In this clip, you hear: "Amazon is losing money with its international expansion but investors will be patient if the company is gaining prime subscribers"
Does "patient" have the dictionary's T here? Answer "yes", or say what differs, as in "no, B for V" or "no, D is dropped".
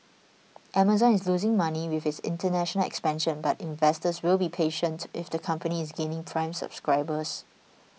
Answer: yes